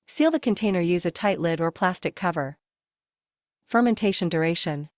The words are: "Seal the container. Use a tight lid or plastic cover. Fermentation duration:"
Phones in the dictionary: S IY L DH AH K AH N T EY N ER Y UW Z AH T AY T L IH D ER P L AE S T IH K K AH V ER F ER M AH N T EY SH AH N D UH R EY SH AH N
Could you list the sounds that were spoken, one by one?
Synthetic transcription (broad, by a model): S IY L DH AH K AH N T EY N ER Y UW Z AH T AY T L IH D ER P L AE S T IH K K AH V ER F ER M AH N T EY SH AH N D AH R EY SH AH N